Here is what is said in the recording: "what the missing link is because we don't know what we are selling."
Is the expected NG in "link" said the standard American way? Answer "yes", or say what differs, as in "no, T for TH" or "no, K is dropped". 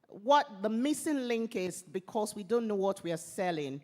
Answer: yes